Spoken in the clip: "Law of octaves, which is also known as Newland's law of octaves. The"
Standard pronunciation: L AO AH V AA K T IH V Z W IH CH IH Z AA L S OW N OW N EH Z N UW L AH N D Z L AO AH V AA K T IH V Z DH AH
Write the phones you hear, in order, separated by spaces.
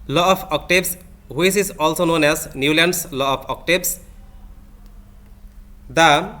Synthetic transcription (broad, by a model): L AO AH F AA K T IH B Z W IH S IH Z AA L S OW N OW N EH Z N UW L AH N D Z L AO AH F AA K T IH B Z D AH